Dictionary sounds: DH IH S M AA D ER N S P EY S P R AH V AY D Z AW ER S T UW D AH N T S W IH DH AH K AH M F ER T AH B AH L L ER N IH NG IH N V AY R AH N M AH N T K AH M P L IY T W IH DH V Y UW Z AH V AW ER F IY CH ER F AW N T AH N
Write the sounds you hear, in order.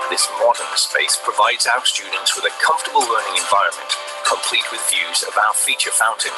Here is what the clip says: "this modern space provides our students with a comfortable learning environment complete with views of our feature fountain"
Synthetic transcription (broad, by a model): DH IH S M AA D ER N S P EY S P R AH V AY D Z AW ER S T UW D N T S W IH DH AH K AH M F T AH B AH L L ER N IH NG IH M V AY R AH N M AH N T K AH M P L IY T W IH DH V Y UW Z AH V AW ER F IY CH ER F AW N T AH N